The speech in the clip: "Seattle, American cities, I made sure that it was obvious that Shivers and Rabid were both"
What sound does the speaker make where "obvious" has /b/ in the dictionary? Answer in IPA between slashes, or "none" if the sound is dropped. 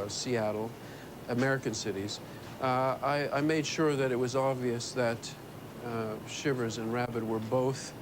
/b/